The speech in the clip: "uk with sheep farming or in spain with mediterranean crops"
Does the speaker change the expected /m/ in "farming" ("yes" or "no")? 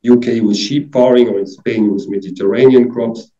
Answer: yes